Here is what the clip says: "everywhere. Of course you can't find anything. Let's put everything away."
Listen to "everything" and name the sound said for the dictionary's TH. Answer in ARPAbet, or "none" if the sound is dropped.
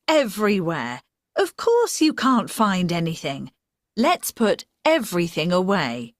TH